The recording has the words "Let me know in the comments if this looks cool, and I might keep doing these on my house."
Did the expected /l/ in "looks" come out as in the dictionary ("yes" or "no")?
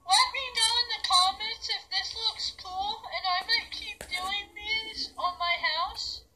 yes